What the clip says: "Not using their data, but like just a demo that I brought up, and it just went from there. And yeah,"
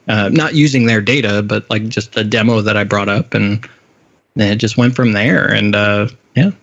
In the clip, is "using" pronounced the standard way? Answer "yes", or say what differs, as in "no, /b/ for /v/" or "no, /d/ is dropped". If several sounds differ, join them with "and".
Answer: yes